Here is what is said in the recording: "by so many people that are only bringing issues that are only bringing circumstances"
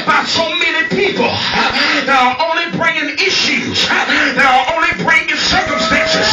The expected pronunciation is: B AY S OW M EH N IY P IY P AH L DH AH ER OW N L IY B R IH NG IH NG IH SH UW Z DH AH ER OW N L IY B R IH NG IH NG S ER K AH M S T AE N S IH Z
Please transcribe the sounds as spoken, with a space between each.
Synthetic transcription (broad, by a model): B AY S OW M EH N IY P IY P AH L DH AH ER OW N L IY B R IH NG IH NG IH SH UW Z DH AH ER OW N L IY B R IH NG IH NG S ER K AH M S T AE N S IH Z